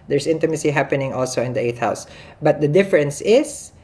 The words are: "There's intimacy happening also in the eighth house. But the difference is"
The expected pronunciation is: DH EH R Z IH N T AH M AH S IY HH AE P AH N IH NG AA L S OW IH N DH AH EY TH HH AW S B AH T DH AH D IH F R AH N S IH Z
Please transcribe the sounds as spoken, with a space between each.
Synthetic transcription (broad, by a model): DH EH R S IH N T AH M AH S IY HH AE P AH N IH NG AA L S OW IH N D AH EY T HH AW S B AH T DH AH D IH F R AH N S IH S